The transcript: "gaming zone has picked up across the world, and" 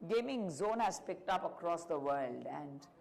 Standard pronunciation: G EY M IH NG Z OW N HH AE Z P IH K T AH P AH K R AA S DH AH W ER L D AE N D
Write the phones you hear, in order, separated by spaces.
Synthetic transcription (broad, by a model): G EY M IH NG Z OW N HH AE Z P IH K T AH P AH K R AA S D AH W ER L D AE N D